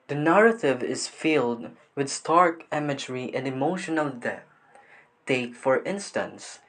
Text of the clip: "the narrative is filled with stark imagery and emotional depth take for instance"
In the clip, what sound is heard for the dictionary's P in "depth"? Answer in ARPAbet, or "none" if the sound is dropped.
none